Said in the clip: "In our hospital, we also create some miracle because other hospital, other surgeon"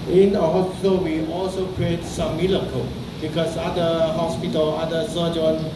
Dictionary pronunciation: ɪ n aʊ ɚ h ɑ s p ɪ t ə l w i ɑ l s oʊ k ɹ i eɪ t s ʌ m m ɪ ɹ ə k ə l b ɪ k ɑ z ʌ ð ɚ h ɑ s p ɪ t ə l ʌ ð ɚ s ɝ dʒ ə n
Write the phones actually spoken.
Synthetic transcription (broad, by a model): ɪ n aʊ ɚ h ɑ s p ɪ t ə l w i ɑ l s oʊ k ɹ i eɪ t s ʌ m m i l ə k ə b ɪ k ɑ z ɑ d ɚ h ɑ s p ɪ t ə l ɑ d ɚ s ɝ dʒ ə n